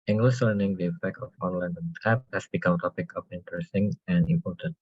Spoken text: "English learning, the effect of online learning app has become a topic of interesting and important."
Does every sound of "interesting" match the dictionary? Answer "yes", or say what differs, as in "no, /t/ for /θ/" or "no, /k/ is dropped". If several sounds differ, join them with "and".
yes